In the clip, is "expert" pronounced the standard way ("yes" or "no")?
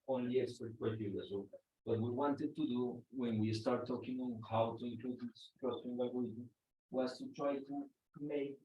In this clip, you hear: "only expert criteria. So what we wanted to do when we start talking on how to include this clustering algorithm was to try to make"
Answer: no